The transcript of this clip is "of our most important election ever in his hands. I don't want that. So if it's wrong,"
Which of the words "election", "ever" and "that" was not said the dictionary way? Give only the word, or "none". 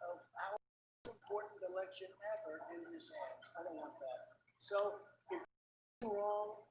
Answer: ever